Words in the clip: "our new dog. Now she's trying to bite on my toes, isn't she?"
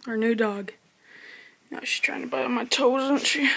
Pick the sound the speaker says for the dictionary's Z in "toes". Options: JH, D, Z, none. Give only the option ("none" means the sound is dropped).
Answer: none